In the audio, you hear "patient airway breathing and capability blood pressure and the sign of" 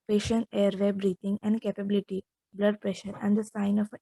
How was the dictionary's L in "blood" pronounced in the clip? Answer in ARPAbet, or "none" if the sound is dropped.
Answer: L